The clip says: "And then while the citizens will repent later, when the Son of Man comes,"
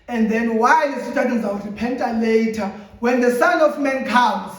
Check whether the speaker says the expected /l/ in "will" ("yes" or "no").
no